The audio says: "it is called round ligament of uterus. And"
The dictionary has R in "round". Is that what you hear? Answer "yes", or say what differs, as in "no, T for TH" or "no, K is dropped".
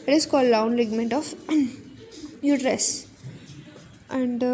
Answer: no, L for R